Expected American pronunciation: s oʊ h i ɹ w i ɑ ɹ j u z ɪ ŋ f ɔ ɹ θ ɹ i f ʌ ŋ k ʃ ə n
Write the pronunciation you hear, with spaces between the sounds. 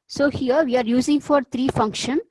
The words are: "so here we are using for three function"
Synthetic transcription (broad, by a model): s oʊ h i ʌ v i ɑ ɹ j u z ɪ ŋ f ɔ ɹ t ɹ i f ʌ ŋ k ʃ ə n